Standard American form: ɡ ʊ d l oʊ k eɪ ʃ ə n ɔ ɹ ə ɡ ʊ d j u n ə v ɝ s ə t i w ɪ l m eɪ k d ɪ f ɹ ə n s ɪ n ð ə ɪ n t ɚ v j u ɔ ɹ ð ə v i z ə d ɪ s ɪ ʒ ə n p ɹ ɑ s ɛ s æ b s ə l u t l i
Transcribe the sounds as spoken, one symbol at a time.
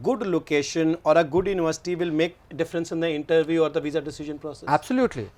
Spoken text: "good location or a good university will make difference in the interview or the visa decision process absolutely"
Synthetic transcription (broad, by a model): ɡ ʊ d l oʊ k eɪ ʃ ə n ɔ ɹ ə ɡ ʊ d j u n ə v ɝ s ə t i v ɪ l m eɪ k d ɪ f ɹ ə n s ɪ n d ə ɪ n t ɚ v j u ɔ ɹ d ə v i z ə d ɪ s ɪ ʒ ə n p ɹ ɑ s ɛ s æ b s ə l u t l i